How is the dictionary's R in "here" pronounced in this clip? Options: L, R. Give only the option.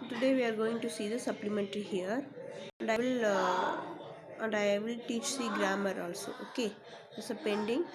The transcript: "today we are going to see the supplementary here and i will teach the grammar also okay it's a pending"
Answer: L